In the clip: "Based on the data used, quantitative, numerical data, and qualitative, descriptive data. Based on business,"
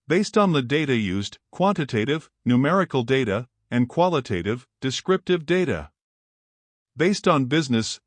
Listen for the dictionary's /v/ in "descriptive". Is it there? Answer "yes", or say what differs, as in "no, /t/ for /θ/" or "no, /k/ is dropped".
yes